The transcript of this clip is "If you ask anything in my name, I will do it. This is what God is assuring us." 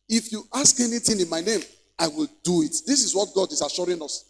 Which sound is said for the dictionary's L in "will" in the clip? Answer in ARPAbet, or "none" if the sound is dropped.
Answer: L